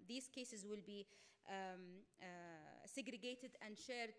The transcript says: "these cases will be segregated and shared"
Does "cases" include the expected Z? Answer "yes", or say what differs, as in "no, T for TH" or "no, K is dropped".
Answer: yes